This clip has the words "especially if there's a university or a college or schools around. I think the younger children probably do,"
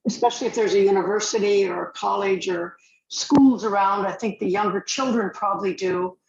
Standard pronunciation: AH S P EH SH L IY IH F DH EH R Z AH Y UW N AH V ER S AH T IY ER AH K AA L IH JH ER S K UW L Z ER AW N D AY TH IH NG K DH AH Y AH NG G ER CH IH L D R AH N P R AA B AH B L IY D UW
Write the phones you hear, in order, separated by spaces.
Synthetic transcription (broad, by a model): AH S P EH SH L IY IH F DH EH R Z AH Y UW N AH V ER S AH T IY ER AH K AA L IH JH ER S K UW L Z ER AW N D AY TH IH NG K DH AH Y AH NG G ER CH IH L D R AH N P R AA B AH B L IY D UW